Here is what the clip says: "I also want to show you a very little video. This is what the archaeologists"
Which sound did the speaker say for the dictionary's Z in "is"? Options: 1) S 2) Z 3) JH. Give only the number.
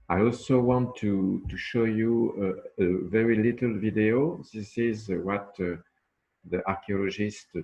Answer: 2